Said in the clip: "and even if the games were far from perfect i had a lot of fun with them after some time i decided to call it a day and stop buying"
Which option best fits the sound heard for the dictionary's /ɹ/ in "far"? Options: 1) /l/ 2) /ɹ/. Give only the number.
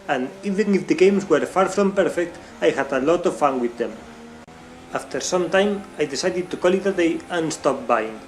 2